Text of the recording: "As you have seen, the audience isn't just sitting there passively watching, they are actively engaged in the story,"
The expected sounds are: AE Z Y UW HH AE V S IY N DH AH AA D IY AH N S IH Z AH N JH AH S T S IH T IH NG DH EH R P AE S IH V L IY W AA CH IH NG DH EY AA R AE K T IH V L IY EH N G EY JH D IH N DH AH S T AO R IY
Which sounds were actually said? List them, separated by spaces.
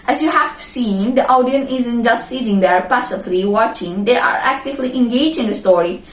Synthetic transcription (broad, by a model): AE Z Y UW HH AE V S IY N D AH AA D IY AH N IH Z AH N JH AH S T S IH T IH NG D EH R P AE S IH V L IY W AA CH IH NG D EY AA R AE K T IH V L IY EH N G EY JH IH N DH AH S T AO R IY